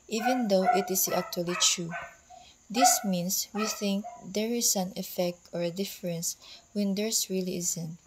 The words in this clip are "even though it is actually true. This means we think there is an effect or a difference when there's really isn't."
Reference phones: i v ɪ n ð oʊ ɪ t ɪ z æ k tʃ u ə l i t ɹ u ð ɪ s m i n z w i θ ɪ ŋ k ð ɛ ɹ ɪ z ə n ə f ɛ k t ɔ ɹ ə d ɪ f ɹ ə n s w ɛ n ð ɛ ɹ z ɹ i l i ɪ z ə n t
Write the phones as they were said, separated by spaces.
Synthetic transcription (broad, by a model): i v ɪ n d oʊ ɪ t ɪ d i k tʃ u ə l i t ɹ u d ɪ s m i n s w i θ ɪ ŋ k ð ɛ ɹ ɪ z ə n ə f ɛ k t ɔ ɹ ə d ɪ f ɹ ə n s w ɛ n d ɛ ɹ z ɹ i l i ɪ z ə n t